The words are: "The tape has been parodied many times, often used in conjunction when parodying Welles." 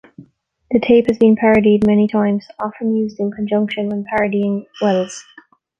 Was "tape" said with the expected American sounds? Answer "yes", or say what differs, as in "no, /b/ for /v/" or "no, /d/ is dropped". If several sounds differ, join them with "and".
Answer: yes